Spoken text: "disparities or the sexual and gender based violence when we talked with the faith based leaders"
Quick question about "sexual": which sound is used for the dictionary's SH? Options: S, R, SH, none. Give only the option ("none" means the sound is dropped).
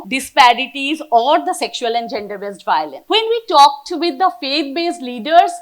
SH